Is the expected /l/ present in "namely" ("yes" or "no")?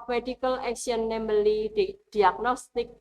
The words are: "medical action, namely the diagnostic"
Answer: no